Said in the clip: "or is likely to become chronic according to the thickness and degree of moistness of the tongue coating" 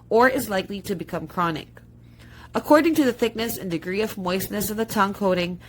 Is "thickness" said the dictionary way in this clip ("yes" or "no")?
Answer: yes